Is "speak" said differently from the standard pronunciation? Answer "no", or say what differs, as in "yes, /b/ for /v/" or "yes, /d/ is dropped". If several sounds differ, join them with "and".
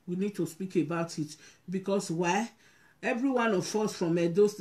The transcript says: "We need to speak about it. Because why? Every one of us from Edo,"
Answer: no